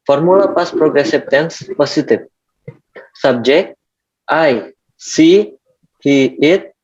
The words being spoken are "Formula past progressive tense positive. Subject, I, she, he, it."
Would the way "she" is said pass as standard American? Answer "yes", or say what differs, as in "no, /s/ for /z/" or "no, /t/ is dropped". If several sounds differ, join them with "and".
no, /s/ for /ʃ/